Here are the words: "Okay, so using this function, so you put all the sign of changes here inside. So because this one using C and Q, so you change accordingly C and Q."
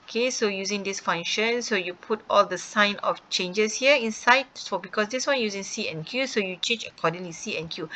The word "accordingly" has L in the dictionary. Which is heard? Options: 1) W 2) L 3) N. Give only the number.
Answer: 1